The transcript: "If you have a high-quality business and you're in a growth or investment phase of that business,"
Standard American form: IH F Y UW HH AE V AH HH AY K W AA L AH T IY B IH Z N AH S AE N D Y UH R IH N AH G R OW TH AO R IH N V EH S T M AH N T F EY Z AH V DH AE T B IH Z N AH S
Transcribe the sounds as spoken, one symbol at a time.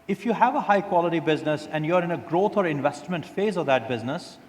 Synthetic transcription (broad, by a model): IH F Y UW HH AE V AH HH AY K W AA L AH T IY B IH Z N AH S AE N D Y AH R IH N AH G R OW T AO R IH N V EH S T M AH N T F EY Z AH V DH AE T B IH Z N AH S